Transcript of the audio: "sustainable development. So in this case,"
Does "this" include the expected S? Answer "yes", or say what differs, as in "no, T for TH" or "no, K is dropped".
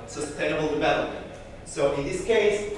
yes